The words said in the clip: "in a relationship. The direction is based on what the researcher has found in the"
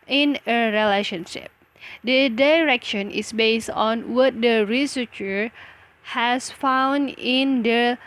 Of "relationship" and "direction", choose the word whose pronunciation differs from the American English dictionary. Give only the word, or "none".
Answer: none